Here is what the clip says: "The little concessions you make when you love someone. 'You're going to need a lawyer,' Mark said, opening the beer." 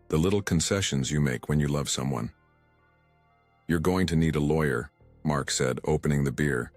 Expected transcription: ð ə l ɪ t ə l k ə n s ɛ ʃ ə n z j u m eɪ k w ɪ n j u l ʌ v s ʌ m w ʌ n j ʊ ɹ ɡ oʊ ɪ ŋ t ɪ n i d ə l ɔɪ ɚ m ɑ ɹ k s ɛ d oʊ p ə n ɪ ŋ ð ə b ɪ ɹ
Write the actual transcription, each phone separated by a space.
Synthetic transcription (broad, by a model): ð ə l ɪ t l k ə n s ɛ ʃ ə n z j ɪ m eɪ k w ɪ n j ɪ l ʌ v s ʌ m w ʌ n j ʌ ɹ ɡ oʊ ɪ ŋ t ɪ n i d ə l ɔɪ ɚ m ɑ ɹ k s ɛ d oʊ p ə n ɪ ŋ ð ə b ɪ ɹ